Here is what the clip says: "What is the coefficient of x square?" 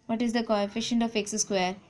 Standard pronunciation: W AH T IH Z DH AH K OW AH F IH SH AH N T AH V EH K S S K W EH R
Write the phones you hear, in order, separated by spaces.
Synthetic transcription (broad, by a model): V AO T IH Z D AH K OW AH F IH SH AH N T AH F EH K S S K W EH R